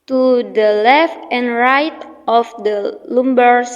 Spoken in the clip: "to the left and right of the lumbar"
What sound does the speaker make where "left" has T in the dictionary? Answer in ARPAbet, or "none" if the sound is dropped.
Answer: T